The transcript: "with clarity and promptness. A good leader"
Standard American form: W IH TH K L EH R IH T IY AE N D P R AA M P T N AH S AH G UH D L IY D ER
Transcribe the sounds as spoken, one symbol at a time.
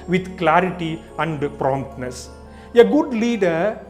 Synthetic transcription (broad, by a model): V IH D K L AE R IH T IY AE N D P R AA M P T N AH S AH G UH D L IY D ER